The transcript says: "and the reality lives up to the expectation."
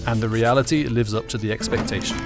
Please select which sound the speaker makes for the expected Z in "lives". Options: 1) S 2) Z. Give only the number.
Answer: 2